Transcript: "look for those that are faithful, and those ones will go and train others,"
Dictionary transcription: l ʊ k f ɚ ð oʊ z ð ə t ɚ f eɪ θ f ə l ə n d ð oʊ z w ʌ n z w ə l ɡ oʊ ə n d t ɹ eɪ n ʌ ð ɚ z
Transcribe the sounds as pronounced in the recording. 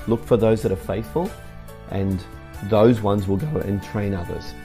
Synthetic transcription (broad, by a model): l ʊ k f ɚ ð oʊ z ð ə t ɚ f eɪ θ f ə l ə n ð oʊ z w ʌ n z w ə l ɡ oʊ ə n t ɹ eɪ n ʌ ð ɚ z